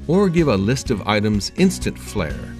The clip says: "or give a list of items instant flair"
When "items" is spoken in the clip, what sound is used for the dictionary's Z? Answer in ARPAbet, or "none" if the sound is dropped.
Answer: Z